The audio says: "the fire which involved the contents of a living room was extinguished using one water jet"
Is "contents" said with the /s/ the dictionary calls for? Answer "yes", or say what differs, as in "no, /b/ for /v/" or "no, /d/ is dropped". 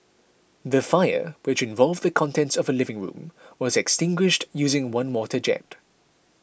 yes